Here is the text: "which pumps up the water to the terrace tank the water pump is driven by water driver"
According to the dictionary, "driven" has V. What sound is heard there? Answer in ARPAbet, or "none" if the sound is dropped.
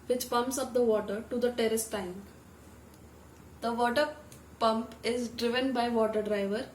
V